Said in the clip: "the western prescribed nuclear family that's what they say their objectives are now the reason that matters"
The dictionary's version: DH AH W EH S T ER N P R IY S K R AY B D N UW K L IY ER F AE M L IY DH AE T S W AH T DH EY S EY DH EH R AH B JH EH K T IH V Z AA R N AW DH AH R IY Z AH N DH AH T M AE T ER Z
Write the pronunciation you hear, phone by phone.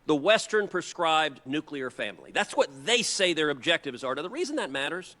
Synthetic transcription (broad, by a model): DH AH W EH S T ER N P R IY S K R AY B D N UW K L IY ER F AE M L IY DH AE T S W AH T DH EY S EY DH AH R AH B JH EH K T IH V Z AA R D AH DH AH R IY Z AH N DH AH T M AE T ER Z